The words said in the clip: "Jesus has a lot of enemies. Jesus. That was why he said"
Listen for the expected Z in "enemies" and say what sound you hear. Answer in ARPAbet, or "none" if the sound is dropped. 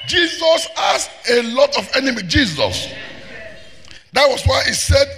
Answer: none